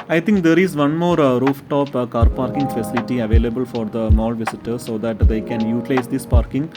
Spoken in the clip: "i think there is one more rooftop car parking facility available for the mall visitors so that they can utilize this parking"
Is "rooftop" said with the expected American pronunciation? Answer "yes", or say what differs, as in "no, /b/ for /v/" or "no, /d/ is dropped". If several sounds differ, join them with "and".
yes